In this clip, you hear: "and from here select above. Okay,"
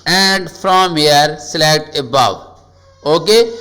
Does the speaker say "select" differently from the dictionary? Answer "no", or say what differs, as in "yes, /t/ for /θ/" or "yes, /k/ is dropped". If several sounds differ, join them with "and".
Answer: yes, /k/ is dropped